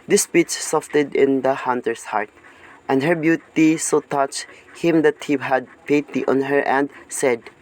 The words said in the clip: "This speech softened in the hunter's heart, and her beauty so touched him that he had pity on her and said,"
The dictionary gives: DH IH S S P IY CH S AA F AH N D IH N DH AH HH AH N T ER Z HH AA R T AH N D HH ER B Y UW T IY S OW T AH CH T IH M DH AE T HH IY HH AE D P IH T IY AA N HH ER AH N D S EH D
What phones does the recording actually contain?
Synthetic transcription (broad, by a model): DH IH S S P IY CH S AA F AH D IH N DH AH HH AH N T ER S HH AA R T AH N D HH ER B Y UW T IY S OW T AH CH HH IH M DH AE T HH IY HH AE D P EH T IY AA N HH ER AH N D S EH D